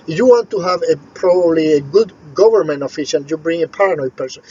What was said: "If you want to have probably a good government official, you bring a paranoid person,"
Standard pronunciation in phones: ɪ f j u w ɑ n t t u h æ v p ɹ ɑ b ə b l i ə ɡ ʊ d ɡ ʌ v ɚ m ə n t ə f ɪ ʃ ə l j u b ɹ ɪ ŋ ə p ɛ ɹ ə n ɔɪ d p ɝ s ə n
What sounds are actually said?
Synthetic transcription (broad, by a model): j u w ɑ n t t u h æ v p ɹ ɑ b ə b l i ə ɡ ʊ d ɡ ʌ v ɚ m ə n t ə f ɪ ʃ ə n j u b ɹ ɪ ŋ ə p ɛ ɹ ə n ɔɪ p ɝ s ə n